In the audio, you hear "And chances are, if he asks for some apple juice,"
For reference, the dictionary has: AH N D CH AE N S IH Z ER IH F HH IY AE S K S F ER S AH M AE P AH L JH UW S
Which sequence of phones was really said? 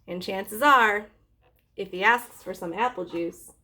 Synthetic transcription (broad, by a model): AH N CH AE N S IH Z ER IH F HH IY AE S K S F ER S AH M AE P L JH UW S